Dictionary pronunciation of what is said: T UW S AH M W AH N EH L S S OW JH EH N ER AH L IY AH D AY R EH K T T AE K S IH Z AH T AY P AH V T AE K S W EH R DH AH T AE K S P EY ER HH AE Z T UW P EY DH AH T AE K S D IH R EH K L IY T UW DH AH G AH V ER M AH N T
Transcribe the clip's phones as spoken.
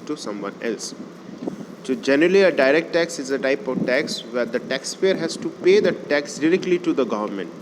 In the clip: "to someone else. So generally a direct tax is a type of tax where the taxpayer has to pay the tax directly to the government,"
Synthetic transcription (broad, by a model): T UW S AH M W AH N EH L S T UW JH EH N ER AH L IY AH D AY R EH K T T AE K S IH Z AH T AY P AH V T AE K S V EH R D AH T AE K S F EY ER HH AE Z T UW P EY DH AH T AE K S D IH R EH K L IY T UW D AH G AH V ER M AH N T